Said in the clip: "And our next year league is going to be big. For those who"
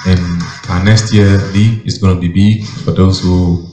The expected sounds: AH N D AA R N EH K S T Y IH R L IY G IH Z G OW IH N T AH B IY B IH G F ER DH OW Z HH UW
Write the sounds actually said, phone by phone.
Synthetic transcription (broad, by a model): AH N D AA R N EH K S T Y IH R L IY IH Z G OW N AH B IY B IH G F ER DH OW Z HH UW